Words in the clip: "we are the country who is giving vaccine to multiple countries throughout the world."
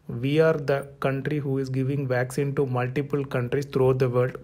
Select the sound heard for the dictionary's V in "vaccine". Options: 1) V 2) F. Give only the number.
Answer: 1